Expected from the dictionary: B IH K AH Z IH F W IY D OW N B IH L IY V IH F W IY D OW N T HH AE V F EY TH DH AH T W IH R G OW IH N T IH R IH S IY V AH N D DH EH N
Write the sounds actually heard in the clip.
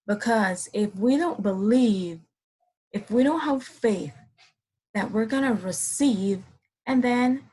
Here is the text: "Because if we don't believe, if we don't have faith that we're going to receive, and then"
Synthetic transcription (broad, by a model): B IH K AH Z IH F W IY D OW N B IH L IY V IH F W IY D OW N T HH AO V F EY TH DH AH T W IH R G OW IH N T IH R IH S IY V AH N DH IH N